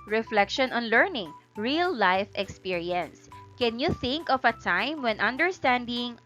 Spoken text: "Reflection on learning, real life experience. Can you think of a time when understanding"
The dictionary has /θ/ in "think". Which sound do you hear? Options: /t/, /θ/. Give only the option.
/θ/